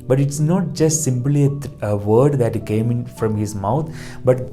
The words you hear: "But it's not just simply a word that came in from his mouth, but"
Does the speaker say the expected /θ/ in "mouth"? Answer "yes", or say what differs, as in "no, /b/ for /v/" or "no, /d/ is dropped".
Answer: no, /t/ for /θ/